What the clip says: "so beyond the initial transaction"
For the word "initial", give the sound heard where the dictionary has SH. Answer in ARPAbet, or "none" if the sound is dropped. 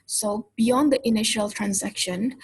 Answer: SH